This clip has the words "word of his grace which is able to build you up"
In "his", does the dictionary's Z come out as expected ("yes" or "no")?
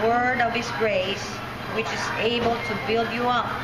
no